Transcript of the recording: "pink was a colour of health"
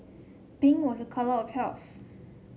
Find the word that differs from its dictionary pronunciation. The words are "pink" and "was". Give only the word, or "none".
pink